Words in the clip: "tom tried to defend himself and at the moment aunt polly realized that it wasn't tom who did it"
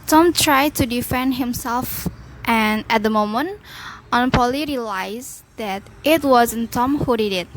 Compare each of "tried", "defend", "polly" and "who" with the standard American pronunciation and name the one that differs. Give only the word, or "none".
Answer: none